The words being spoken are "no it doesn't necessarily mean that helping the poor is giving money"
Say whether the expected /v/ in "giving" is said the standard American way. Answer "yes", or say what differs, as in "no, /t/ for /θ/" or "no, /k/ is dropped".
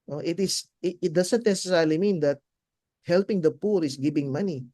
no, /b/ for /v/